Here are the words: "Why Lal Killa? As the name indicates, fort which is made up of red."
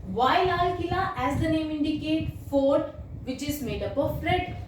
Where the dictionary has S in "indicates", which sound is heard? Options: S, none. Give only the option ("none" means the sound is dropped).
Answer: none